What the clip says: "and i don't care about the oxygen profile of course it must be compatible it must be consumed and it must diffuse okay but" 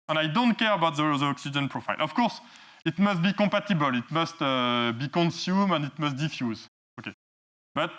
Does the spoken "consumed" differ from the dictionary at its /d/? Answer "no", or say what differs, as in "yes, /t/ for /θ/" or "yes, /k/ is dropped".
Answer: yes, /d/ is dropped